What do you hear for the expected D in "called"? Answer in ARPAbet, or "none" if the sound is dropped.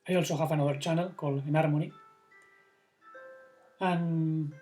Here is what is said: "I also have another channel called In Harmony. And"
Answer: none